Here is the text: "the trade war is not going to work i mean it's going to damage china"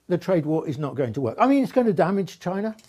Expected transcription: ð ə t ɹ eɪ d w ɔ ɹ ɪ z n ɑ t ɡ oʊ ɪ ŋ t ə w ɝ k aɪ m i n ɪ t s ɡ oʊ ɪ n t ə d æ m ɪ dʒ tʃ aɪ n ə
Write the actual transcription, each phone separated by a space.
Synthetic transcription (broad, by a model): ð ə t ɹ eɪ d w ɔ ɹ ɪ z n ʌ t ɡ oʊ ɪ ŋ t ə w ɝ k aɪ m i n ɪ t s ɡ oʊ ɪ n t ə d æ m ɪ dʒ tʃ aɪ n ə